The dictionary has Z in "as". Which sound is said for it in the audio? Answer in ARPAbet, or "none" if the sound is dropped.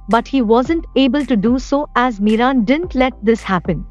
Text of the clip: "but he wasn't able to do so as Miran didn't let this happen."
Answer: Z